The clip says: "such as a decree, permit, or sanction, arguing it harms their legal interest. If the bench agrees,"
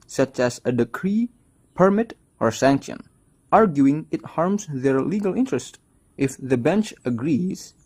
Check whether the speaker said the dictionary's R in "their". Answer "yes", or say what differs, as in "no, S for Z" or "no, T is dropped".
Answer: yes